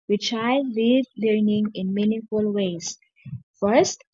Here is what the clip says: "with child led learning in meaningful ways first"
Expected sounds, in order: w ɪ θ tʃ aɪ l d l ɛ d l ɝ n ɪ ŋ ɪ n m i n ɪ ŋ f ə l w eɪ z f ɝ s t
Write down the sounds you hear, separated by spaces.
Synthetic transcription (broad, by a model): w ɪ tʃ aɪ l l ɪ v l ɝ n ɪ ŋ ɪ n m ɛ n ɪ f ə l w eɪ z f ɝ s t